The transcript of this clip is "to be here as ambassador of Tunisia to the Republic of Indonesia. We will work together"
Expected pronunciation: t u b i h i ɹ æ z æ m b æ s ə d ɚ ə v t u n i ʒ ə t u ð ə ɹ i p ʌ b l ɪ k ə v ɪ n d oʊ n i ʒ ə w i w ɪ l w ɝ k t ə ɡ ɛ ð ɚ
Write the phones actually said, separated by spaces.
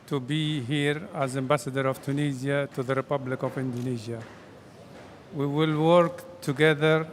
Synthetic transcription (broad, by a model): t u b i h i ɹ æ z æ m b æ s ə d ɚ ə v t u n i z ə t u ð ə ɹ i p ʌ b l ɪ k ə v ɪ n d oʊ n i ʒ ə w i w ɪ l w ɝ k t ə ɡ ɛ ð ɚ